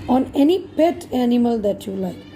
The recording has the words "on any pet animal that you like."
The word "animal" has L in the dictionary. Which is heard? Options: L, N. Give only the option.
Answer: L